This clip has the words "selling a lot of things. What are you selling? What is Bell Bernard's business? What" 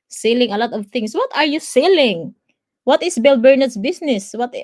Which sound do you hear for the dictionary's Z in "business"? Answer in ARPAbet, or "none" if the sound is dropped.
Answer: S